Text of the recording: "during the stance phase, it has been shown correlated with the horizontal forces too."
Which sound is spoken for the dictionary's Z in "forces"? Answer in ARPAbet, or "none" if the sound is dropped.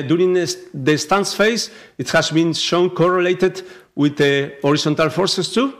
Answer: S